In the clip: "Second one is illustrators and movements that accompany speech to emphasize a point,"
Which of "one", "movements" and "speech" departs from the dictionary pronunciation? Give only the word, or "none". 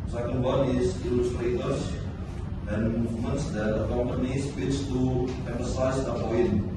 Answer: speech